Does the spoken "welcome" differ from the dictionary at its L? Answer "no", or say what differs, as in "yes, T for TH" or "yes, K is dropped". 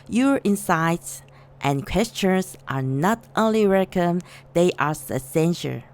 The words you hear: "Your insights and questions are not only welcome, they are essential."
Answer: yes, L is dropped